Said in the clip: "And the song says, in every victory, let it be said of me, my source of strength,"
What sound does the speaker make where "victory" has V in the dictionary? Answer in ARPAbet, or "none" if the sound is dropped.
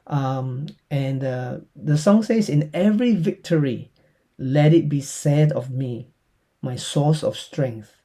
V